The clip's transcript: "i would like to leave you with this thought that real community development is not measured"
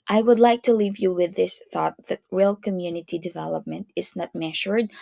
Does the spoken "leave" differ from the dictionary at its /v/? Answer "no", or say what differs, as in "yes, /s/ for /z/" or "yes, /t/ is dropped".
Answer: no